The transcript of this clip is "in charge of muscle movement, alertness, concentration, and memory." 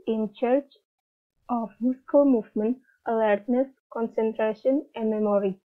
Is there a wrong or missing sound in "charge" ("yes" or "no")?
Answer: yes